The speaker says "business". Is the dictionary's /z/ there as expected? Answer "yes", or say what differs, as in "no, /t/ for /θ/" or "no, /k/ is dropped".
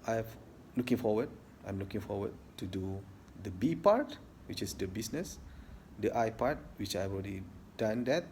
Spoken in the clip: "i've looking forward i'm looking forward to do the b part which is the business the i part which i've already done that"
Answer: no, /s/ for /z/